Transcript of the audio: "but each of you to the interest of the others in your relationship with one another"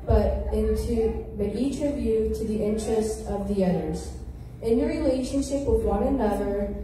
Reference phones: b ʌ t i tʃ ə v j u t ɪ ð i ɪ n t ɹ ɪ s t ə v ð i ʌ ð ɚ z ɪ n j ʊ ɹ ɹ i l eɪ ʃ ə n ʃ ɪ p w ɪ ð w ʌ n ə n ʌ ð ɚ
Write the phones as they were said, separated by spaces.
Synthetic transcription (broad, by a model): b ʌ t i tʃ ə v j u t ɪ ð i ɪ n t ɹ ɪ s t ə v ð i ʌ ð ɚ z ɪ n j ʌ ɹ ɹ i l eɪ ʃ ə n ʃ ɪ p w ɪ ð w ʌ n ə n ʌ ð ɚ